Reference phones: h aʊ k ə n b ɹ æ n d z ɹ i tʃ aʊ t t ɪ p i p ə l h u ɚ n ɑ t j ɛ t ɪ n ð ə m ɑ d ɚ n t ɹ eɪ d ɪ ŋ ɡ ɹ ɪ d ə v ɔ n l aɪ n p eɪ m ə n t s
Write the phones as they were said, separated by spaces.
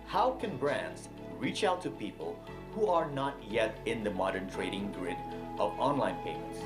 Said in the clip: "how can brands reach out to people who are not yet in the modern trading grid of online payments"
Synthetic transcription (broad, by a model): h aʊ k ə n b ɹ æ n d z ɹ i tʃ aʊ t t ɪ p i p ə l h u ɚ n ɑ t j ɛ t ɪ n ð ə m ɑ d ɚ n t ɹ eɪ d ɪ ŋ ɡ ɹ ɪ d ə v ɔ n l aɪ n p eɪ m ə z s